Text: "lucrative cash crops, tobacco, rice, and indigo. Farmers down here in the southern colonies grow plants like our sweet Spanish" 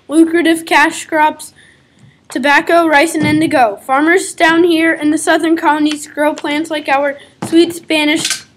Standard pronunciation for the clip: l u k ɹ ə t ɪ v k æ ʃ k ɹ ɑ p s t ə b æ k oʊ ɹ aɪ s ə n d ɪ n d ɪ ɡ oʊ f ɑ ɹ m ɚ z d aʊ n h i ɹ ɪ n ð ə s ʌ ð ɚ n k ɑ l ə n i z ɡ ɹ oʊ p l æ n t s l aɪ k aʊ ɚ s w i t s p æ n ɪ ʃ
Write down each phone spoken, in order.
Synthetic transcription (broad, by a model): l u k ɹ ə t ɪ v k æ ʃ k ɹ ɑ p s t ə b æ k oʊ ɹ aɪ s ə n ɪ n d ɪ ɡ oʊ f ɑ ɹ m ɚ z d aʊ n h i ɹ ɪ n ð ə s ʌ ð ɚ n k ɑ ə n i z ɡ ɹ oʊ p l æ n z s l aɪ k aʊ ɚ s w i t s p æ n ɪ ʃ